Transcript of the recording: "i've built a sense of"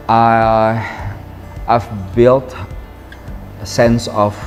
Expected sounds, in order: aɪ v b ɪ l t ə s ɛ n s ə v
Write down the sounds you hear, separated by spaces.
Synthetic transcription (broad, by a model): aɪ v b ɪ l t ə s ɛ n s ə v